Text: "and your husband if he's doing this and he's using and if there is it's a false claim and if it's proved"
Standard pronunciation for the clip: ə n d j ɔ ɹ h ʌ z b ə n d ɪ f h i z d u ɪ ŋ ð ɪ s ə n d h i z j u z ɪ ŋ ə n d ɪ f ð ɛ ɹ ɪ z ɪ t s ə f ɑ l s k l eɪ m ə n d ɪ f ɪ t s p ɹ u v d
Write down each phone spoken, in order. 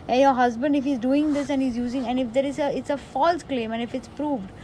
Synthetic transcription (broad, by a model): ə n j ɔ ɹ h ʌ z b ə n d ɪ f h i z d u ɪ ŋ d ɪ s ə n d h i z j u z ɪ ŋ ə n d ɪ f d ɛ ɹ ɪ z ɪ t s ə f ɑ l s k l eɪ m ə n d ɪ f ɪ t s p ɹ u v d